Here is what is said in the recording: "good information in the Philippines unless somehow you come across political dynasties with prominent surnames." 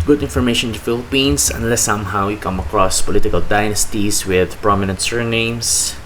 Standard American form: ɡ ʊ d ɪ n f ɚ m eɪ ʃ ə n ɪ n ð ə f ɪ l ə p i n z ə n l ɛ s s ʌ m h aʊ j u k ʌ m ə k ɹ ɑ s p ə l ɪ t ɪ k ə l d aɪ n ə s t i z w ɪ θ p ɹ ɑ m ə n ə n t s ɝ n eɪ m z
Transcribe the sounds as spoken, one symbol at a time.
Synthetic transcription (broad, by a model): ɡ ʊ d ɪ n f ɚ m eɪ ə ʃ ɪ n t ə f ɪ l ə p i n s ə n l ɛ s s ʌ m h aʊ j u k ʌ m ə k ɹ ɑ s p ə l ɪ t ɪ k ə l d aɪ n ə s t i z w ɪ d p ɹ ɑ m ə n ə n t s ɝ n eɪ m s